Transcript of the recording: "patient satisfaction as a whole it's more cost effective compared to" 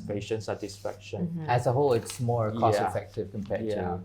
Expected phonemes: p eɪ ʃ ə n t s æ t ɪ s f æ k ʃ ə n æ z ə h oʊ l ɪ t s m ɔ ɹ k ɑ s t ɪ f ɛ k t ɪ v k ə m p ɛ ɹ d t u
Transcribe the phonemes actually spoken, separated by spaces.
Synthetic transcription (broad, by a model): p eɪ ʃ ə n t s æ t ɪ s f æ k ʃ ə n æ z ə h oʊ l ɪ t s m ɔ ɹ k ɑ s ɪ f ɛ k t ɪ v k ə m p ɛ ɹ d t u